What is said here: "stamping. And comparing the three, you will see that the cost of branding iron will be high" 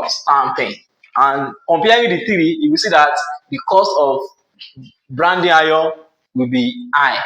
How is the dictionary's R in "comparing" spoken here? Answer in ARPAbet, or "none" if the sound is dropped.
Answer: W